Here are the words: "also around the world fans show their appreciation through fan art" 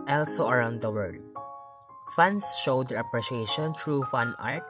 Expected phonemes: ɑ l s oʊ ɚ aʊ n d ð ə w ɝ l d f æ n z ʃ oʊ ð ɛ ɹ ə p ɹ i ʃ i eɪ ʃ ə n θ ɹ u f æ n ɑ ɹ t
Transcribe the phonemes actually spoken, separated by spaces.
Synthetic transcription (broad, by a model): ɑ l s oʊ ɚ aʊ n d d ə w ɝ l d f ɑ n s ʃ oʊ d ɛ ɹ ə p ɹ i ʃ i eɪ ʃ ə n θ ɹ u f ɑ n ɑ ɹ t